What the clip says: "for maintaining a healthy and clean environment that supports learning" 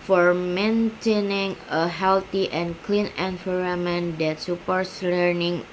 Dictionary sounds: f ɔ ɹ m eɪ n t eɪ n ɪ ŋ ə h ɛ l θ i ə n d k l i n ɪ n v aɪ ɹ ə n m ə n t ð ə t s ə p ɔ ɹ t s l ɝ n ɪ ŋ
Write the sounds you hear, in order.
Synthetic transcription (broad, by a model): f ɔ ɹ m eɪ n t eɪ n ɪ ŋ ə h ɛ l t i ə n k l i n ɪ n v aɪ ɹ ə m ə n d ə t s ə p ɔ ɹ t s l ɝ n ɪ ŋ